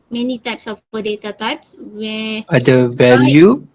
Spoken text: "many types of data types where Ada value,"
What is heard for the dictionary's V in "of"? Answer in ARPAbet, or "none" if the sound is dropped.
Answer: P